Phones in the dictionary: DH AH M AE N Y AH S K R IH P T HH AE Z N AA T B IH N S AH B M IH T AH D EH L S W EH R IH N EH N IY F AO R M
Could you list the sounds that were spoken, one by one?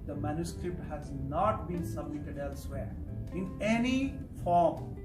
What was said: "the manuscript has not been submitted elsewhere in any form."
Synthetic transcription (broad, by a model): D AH M AE N Y AH S K R IH P T HH AE Z N AA T B IH N S AH B M IH T AH D EH L S W EH R IH N EH N IY F AO R M